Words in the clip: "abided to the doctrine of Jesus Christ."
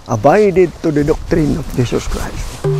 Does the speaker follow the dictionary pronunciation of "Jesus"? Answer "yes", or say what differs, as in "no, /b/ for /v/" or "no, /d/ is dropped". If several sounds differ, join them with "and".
no, /s/ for /z/